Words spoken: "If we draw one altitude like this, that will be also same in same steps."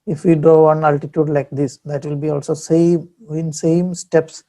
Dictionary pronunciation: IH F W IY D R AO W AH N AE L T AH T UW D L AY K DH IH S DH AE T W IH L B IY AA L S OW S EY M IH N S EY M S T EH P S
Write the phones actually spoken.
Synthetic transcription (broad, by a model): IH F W IY D AO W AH N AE L T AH T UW D L AY K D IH S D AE T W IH L B IY AA L S OW S EY M IH N S EY M S T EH P S